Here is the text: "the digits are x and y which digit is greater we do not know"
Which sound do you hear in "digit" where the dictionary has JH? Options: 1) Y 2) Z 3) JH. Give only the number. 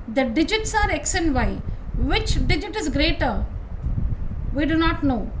3